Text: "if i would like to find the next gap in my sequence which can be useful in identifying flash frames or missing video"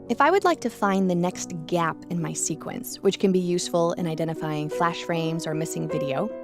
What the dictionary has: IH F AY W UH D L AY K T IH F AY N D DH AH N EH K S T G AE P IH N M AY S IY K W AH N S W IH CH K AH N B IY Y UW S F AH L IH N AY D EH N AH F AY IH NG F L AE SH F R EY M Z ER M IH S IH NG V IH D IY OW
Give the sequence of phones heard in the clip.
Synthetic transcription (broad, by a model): IH F AY W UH D L AY K T IH F AY N DH AH N EH K S T G AE P IH N M AY S IY K W AH N S W IH CH K AH N B IY Y UW S F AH L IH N AY D EH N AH F AY IH NG F L AE SH F R EY M Z ER M IH S IH NG V IH D IY OW